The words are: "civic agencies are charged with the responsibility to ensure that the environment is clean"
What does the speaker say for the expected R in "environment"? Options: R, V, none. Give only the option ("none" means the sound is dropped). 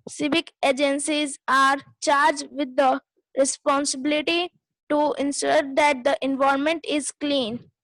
none